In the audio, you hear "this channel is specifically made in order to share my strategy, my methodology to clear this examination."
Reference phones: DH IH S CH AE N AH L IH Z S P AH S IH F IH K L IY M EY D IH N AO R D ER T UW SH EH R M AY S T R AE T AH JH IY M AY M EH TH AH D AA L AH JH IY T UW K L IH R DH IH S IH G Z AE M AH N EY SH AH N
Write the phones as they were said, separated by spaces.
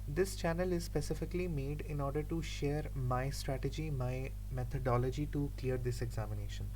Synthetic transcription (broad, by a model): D IH S CH AE N AH L IH Z S P AH S IH F IH K L IY M EY D IH N AO R D ER T UW SH EH R M AY S T R AE T AH JH IY M AY M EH T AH D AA L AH JH IY T UW K L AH R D IH S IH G Z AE M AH N EY SH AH N